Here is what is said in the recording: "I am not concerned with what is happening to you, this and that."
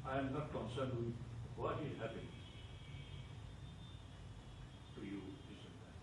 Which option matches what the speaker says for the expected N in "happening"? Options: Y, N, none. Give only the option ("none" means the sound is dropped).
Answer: none